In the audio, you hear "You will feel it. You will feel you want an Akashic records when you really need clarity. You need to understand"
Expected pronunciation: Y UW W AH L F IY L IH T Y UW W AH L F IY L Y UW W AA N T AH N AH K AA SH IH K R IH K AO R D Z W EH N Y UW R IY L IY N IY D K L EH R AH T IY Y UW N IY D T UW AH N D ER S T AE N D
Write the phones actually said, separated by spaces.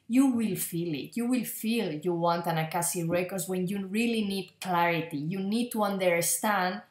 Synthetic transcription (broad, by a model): Y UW W AH L F IY L IH T Y UW W AH L F IY L Y UW W AA N T AH N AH K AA S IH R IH K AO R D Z W EH N Y UW R IY L IY N IY D K L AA R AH T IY Y UW N IY D T UW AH N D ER S T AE N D